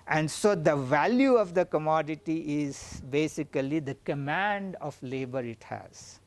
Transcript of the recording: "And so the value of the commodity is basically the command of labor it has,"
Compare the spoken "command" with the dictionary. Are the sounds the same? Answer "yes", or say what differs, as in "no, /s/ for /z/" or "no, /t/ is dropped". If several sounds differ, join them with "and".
yes